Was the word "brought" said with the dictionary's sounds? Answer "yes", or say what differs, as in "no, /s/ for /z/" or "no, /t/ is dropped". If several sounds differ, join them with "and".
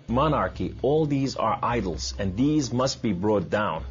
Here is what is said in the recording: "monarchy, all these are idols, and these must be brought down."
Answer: yes